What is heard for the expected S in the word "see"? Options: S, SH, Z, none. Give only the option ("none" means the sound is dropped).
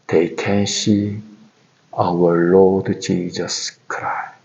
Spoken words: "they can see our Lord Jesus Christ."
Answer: SH